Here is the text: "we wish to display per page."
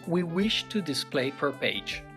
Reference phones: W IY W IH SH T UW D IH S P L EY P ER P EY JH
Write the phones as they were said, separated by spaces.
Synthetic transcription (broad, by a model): W IY W IH SH T UW D IH S P L EY F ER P EY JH